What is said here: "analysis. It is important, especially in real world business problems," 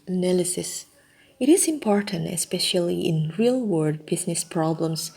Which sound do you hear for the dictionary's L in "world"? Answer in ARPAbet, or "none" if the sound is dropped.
none